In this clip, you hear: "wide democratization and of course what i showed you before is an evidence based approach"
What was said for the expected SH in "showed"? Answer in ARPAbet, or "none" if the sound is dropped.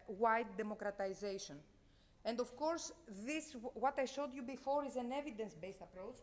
SH